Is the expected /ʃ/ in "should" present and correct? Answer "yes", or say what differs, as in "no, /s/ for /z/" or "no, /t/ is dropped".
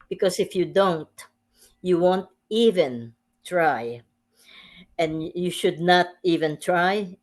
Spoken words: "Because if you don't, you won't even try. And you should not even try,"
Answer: yes